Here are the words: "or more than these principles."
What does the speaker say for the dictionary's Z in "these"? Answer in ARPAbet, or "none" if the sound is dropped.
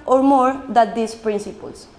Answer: S